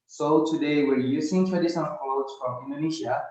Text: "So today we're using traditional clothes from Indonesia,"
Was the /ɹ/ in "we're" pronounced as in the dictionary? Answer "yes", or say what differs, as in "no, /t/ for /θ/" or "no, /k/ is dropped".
yes